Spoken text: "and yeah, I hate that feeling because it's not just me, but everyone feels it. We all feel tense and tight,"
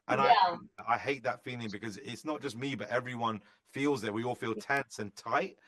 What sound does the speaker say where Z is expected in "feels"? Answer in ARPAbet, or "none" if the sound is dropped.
Z